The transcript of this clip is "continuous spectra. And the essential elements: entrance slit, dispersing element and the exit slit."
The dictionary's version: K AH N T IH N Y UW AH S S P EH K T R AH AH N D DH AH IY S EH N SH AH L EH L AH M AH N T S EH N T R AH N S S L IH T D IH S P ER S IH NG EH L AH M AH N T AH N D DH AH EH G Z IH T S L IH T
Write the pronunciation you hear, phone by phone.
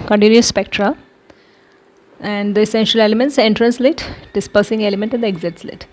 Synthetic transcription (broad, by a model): K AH N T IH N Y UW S S P EH K T R AH AH N D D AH IY S EH N SH AH L EH L AH M AH N T S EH N T R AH N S S L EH T D IH S P ER S IH NG EH L AH M AH N T AH N D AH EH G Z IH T S L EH T